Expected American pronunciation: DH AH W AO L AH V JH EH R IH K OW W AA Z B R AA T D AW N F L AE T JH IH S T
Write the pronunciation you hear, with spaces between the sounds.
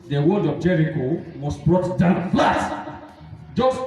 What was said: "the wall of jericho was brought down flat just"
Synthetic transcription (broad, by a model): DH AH W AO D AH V JH EH R IH K OW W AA S B R AA T D AW N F L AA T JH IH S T